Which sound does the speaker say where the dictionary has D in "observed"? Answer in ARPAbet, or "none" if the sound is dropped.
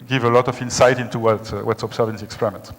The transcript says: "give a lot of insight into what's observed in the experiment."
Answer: none